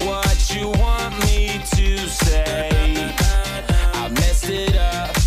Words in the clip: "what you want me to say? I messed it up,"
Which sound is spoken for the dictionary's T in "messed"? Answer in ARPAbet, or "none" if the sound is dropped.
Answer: none